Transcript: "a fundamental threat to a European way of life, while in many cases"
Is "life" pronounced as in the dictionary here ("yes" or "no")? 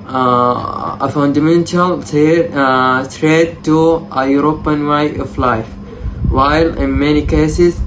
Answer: yes